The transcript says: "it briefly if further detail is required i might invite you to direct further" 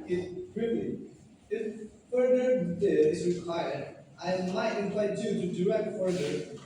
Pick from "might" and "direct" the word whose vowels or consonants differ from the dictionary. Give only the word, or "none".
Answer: direct